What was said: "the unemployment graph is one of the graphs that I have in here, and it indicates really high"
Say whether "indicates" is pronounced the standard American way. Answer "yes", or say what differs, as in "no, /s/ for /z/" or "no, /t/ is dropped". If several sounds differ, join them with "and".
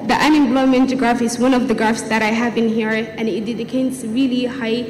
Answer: no, /n/ is dropped